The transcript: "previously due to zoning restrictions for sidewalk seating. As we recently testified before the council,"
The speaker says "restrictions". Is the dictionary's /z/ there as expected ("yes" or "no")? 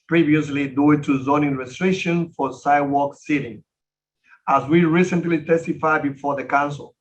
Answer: no